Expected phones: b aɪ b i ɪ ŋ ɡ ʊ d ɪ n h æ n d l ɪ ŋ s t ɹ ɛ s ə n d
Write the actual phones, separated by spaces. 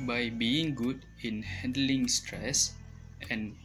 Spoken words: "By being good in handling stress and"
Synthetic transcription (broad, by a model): b aɪ b i ɪ ŋ ɡ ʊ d ɪ n h æ n d l ɪ ŋ s t ɹ ɛ s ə n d